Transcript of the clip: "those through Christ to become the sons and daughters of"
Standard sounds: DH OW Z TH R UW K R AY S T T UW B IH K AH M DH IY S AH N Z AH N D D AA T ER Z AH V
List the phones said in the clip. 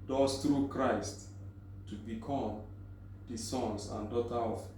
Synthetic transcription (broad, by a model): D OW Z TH R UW K R AY S T T UW B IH K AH M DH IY S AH N S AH N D D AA T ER AH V